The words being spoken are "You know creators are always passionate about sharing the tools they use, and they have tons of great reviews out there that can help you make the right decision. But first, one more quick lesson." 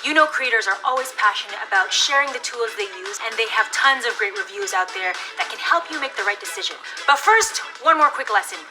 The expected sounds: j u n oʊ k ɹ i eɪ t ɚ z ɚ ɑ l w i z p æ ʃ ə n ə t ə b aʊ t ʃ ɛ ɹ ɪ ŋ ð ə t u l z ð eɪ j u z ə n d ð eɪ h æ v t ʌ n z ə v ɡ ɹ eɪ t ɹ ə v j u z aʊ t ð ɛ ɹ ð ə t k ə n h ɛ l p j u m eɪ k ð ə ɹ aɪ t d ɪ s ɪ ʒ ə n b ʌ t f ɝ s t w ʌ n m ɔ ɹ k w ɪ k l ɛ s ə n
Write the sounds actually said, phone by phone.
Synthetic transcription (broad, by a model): j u n oʊ k ɹ i eɪ t ɚ z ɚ ɑ l w i z p æ ʃ ə n ə t ə b aʊ t ʃ ɛ ɹ ɪ ŋ ð ə t u l z ð eɪ j u z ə n ð eɪ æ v t ʌ n z ə v ɡ ɹ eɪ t ɹ ə v j u z aʊ t ð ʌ ɹ ð ə t k ə n h ɛ l p j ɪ m eɪ k ð ə ɹ aɪ t d ɪ s ɪ ʒ ə n b ʌ t f ɝ s t w ʌ n m ɔ ɹ k w ɪ k l ɛ s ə n